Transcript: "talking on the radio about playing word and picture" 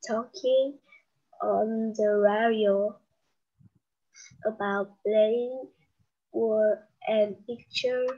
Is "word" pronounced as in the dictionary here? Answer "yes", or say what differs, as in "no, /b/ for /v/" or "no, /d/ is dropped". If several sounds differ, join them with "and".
no, /d/ is dropped